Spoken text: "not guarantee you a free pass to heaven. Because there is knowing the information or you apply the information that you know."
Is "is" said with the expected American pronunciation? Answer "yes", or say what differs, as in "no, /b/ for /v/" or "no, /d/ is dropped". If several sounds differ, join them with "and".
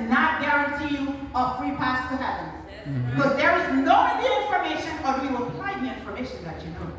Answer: yes